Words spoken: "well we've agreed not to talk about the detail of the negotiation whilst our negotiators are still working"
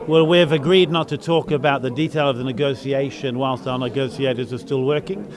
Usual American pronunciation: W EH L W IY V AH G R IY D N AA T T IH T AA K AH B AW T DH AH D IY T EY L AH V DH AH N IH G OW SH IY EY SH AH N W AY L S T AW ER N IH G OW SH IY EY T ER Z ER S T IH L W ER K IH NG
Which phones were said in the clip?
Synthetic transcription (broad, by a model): W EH L W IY V AH G R IY D N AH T T IH T AA K AH B AW T DH AH D IY T EY L AH V DH AH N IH G OW S IY EY SH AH N W AY L S T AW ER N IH G OW S IY EY T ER Z ER S T IH L W ER K IH NG